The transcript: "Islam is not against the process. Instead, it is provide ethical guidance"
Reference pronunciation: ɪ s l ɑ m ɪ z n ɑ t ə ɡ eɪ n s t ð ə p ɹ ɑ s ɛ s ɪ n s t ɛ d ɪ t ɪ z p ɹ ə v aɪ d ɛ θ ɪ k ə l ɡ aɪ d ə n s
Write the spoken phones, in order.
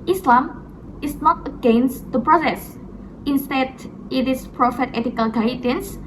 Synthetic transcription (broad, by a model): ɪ s l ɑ m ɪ s n ɑ t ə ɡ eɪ n s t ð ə p ɹ ɑ s ɛ s ɪ n s t ɛ d ɪ t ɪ s p ɹ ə f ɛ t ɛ t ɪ k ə l ɡ aɪ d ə n s